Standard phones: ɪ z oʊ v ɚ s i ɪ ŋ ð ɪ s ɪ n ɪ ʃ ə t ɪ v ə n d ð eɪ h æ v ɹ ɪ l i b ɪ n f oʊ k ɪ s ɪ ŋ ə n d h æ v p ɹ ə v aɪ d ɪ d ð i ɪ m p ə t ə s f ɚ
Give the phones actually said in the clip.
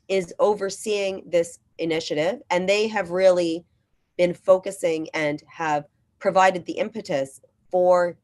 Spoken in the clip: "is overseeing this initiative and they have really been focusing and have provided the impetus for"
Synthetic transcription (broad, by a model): ɪ z oʊ v ɚ s i ɪ ŋ ð ɪ s ɪ n ɪ ʃ ə t ɪ v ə n ð eɪ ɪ v ɹ ɪ l i b ɪ n f oʊ k ɪ s ɪ ŋ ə n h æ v p ɹ ə v aɪ d ɪ d ð i ɪ m p ə t ə s f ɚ